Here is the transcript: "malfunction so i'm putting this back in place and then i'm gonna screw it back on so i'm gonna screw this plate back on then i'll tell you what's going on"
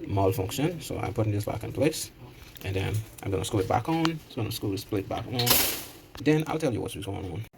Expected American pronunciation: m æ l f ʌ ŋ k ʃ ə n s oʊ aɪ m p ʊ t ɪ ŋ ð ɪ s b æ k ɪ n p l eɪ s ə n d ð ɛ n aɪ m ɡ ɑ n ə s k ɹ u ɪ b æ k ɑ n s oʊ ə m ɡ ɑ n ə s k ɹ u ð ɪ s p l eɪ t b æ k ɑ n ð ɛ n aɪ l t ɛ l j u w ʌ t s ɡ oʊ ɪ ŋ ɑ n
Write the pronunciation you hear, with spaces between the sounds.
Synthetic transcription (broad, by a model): m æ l f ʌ ŋ k ʃ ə n s oʊ aɪ m p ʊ t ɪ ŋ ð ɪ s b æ k ɪ n p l eɪ s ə n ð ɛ n aɪ m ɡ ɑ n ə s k u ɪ b æ k n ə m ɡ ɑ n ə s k u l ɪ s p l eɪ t b æ k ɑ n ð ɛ n aɪ l t ɛ l j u w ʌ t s ɡ oʊ ɪ ŋ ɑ n